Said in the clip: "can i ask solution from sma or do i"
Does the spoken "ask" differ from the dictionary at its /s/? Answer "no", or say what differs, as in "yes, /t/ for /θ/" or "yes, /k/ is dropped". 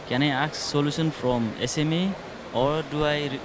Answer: yes, /s/ is dropped